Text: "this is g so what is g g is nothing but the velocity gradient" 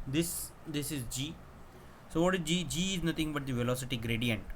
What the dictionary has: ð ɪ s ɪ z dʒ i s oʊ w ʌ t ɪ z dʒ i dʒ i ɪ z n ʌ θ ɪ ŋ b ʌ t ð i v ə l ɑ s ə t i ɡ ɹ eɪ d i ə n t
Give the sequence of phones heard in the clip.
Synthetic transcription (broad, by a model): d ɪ s ɪ z dʒ i s oʊ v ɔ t ɪ z dʒ i dʒ i ɪ z n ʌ t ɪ ŋ b ʌ t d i v ə l ɑ s ə t i ɡ ɹ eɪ d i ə n t